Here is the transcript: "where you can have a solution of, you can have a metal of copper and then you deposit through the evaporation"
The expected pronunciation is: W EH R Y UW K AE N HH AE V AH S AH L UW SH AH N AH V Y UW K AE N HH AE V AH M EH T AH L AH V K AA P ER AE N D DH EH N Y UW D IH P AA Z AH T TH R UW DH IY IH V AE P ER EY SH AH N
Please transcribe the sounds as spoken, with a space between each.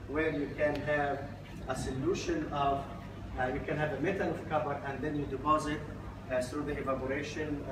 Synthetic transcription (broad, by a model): W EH R Y UW K AE N HH AE V AH S AH L UW SH AH N AH V Y UW K AE N HH AE V AH M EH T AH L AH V K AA B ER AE N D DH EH N Y UW D IH P AA Z AH T TH R UW DH IY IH V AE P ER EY SH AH N